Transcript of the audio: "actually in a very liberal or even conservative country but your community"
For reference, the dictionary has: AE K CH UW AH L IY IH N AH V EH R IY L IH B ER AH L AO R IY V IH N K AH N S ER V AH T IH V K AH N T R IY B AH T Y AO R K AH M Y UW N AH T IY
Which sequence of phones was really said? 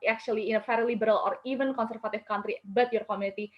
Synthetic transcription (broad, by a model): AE K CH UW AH L IY IH N AH F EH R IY L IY B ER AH L AO R IY V IH N K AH N S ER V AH T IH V K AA N T R IY B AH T Y AO R K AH M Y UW N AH T IY